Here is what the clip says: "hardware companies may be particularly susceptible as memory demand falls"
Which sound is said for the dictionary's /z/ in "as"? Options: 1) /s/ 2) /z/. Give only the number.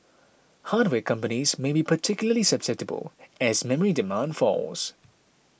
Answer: 2